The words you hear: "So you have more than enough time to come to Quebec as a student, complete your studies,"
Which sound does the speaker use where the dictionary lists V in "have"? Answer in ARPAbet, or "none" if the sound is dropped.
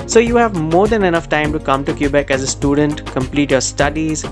V